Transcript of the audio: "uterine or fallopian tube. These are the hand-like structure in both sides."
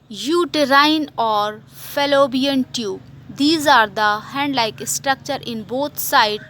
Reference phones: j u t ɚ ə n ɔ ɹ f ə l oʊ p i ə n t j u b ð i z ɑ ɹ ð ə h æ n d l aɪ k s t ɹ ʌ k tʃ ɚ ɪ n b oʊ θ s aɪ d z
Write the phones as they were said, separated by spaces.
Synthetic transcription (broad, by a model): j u t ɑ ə n ɔ ɹ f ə l oʊ b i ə n t j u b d i z ɑ ɹ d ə h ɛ n d l aɪ k s t ɹ ʌ k tʃ ɚ ɪ n b oʊ t s aɪ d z